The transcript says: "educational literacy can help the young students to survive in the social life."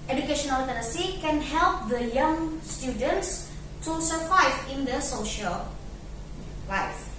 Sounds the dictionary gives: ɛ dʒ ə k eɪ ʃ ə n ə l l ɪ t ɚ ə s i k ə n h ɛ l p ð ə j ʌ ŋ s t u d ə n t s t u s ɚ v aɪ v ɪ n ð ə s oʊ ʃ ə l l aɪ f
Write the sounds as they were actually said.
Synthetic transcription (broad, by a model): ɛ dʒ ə k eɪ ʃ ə n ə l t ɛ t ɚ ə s i k ə n h ɛ l p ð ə j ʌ ŋ s t u d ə n t s t u s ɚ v aɪ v ɪ n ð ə s oʊ ʃ ə l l aɪ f